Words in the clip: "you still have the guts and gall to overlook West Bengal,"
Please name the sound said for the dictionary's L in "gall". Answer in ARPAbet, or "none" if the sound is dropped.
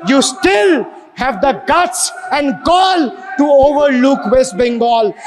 L